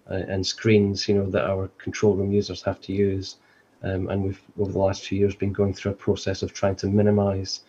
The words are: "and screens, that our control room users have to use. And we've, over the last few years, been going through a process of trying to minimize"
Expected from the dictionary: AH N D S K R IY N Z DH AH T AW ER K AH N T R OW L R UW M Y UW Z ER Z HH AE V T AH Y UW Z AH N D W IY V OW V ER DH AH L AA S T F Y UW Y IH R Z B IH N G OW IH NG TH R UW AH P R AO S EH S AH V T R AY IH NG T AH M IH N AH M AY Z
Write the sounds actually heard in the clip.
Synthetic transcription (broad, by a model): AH N S K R IY N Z DH AH T AW ER K AH N T R OW L R UW M Y UW Z ER Z HH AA F T AH Y UW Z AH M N W IY V OW V ER DH AH L AA S T F Y UW Y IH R Z B IH N G OW IH NG TH R UW AH P R AO S EH S AH V T R AY IH NG T AH M IH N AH M AY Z